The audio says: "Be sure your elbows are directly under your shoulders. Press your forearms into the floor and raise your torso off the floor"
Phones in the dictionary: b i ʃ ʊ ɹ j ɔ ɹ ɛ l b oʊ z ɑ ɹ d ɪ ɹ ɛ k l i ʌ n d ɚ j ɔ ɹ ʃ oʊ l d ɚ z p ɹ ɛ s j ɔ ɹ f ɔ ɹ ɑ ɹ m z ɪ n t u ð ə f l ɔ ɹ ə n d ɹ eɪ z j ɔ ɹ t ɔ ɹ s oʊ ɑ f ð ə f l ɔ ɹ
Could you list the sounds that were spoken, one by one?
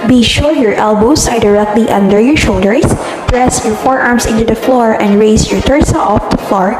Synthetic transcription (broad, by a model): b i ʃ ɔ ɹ j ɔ ɹ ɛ l b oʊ s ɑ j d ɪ ɹ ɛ k l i ʌ n d ɚ j ɔ ɹ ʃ oʊ l d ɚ s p ɹ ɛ s j ɔ ɹ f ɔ ɹ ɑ ɹ m s ɪ n t u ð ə f l ɔ ɹ ə n d ɹ eɪ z j ɔ ɹ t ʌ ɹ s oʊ ɑ f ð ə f l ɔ ɹ